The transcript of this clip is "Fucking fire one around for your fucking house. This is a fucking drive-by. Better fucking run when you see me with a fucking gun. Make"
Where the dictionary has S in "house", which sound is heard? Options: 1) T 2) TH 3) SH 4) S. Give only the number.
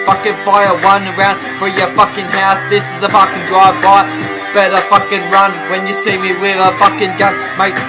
4